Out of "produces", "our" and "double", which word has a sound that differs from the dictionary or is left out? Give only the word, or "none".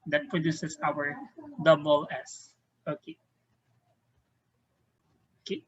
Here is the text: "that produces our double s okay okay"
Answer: produces